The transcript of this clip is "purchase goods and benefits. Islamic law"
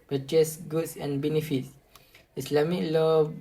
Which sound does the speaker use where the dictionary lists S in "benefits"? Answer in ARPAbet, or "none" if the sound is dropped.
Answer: S